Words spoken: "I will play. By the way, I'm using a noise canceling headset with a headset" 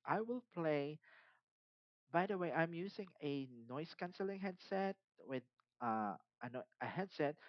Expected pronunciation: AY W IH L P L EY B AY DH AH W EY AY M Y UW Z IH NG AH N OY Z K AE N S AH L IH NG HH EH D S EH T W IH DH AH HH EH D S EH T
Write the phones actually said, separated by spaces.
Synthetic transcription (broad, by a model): AY W IH L P L EY B AY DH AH W EY AY M Y UW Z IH NG AH N OY S K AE N S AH L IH NG HH EH D S EH T W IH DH AH HH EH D S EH T